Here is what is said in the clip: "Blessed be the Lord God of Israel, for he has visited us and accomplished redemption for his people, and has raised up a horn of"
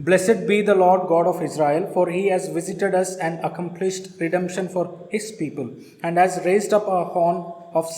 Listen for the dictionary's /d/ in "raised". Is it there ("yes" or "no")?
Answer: yes